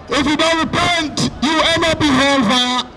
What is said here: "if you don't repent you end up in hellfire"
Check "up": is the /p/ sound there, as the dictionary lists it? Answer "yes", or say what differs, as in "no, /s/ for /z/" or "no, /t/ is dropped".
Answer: no, /b/ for /p/